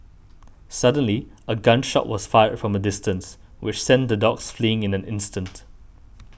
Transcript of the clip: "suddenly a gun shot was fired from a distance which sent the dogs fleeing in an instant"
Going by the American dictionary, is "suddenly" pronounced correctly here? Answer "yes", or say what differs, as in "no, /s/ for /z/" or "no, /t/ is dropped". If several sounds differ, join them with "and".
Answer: yes